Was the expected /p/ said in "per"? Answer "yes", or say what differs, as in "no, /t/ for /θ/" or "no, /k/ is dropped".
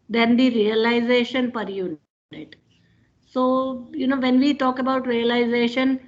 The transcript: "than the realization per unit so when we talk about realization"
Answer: yes